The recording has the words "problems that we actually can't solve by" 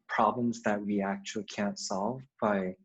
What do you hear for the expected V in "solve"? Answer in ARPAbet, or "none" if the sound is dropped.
V